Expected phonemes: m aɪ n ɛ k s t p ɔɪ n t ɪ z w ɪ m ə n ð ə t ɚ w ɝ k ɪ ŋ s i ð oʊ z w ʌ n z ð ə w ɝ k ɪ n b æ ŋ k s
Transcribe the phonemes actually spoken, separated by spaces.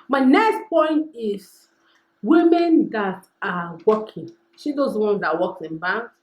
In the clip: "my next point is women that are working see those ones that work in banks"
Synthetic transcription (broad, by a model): m aɪ n ɛ k s t p ɔɪ n t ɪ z w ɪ m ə n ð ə t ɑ w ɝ k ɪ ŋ ʃ i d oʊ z w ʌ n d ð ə w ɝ k ɪ n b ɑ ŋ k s